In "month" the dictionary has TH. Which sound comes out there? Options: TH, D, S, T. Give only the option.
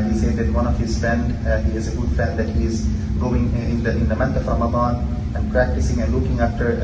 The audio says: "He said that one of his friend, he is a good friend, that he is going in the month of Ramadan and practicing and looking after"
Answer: T